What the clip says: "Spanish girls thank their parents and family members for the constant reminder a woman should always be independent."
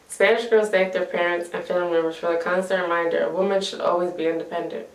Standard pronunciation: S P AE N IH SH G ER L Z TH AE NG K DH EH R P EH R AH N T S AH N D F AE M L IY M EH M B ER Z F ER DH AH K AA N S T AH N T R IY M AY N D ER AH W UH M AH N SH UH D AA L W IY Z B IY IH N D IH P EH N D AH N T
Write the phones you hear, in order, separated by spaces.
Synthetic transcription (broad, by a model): S P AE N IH SH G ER Z T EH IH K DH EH R P EH R AH N T S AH N F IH L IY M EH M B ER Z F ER DH AH K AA N S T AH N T R IY M AY N D ER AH W UH M AH N SH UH D AA L W IY Z B IY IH N D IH P EH N D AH N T